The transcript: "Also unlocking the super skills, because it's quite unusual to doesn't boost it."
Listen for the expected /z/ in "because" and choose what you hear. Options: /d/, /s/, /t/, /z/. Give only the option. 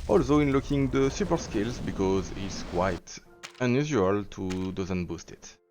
/z/